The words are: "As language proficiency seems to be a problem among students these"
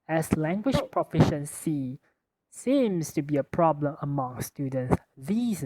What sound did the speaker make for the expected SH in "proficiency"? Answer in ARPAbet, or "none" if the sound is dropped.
SH